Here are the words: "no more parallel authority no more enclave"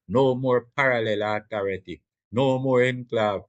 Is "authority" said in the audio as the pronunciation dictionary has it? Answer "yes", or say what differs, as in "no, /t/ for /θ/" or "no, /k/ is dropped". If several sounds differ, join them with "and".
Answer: no, /t/ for /θ/